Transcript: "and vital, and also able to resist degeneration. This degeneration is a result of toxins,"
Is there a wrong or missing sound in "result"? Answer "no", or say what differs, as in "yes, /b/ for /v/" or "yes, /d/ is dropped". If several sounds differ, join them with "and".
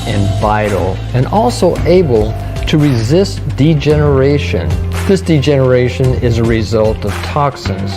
no